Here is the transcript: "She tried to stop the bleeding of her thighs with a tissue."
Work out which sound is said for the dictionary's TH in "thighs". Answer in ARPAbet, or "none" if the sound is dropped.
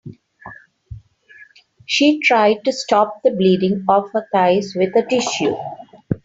T